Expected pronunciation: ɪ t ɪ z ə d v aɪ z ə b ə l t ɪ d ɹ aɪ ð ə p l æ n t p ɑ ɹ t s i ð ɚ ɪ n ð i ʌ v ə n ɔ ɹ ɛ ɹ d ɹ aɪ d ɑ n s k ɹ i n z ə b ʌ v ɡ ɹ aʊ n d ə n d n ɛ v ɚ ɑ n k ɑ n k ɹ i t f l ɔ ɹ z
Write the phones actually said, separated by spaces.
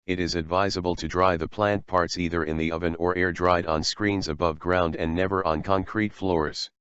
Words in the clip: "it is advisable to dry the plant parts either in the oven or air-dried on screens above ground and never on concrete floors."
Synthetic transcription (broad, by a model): ɪ t ɪ z ə d v aɪ z ə b ə l t ɪ d ɹ aɪ ð ə p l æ n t p ɑ ɹ t s i ð ɚ ɪ n ð i ʌ v ə n ɔ ɹ ɛ ɹ d ɹ aɪ d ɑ n s k ɹ i n z ə b ʌ v ɡ ɹ aʊ n d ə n n ɛ v ɚ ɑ n k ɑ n k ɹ i t f l ɔ ɹ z